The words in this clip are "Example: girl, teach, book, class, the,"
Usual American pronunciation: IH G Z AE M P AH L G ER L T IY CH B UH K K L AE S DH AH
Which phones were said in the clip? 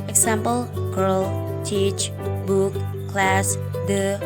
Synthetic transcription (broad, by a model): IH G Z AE M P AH L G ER L T IY CH B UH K K L AE S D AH